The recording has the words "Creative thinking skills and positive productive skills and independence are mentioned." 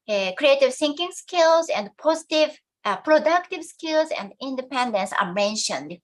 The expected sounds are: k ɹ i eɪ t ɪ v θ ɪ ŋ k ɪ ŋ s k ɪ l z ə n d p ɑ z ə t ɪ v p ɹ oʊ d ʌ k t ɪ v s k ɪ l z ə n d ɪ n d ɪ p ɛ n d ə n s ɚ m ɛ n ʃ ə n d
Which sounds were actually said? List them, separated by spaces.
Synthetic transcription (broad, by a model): k ɹ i eɪ t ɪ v s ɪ ŋ k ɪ ŋ s k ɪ l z ə n d p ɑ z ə t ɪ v p ɹ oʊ d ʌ k t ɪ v s k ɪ l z ə n d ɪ n d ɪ p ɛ n d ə n s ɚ m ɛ n ʃ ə n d